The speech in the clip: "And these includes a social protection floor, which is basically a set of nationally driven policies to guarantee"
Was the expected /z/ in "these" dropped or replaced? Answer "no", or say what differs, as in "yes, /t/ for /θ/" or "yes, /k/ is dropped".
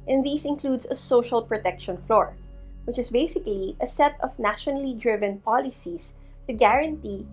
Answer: yes, /s/ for /z/